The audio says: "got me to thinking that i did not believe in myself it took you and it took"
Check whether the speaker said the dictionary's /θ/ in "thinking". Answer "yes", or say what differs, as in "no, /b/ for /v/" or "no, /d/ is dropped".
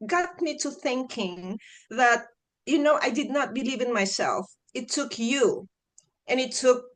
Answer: yes